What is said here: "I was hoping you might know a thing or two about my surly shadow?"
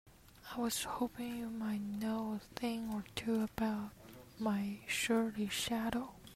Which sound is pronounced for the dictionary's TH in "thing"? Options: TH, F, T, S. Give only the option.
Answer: TH